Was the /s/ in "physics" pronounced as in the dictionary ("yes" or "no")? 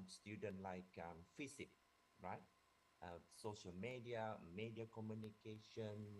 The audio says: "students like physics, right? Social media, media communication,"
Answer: no